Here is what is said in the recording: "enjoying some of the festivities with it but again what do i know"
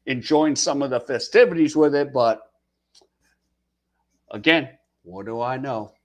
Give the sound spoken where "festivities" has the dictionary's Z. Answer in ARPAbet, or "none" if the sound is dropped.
Z